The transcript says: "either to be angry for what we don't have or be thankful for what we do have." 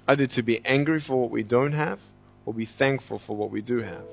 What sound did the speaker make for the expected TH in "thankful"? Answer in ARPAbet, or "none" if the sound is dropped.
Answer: TH